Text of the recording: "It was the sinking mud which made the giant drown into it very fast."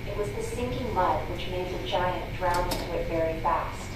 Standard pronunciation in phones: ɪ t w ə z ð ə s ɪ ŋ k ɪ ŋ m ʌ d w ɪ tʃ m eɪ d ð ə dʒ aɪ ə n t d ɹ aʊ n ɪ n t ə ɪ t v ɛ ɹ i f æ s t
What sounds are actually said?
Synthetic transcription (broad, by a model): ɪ t w ə z ð ə s ɪ ŋ k ɪ ŋ m ʌ d w ɪ tʃ m eɪ d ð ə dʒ aɪ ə n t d ɹ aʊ ɪ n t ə ɪ t v ɛ ɹ i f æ s t